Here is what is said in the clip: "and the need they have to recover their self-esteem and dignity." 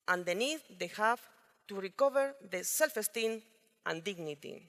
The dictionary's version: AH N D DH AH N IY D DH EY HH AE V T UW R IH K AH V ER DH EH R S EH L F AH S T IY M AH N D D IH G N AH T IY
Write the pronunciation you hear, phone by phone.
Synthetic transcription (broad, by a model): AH N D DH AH N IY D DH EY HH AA F T UW R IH K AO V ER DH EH S EH L F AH S T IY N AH N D D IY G N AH T IY